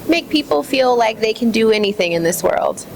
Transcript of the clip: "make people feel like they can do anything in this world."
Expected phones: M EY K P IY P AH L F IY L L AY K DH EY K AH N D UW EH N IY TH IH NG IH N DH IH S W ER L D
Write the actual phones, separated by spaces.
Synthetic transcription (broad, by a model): M EY K P IY P L F IY L L AY K DH EY K AH N D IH EH N IY TH IH NG IH N DH IH S W ER L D